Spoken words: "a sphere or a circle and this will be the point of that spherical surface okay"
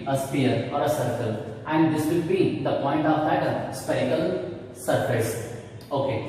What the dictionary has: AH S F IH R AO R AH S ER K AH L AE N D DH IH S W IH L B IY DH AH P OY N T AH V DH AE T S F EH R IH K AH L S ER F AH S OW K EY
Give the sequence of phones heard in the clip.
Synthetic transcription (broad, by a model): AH S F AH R AO R AH S ER K AH L AE N D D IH S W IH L B IY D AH P OY N T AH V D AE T S P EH IH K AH L S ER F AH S OW K EY